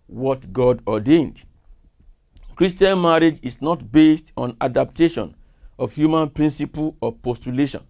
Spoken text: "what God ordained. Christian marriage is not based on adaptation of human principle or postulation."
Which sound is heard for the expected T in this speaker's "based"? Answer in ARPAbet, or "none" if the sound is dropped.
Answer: T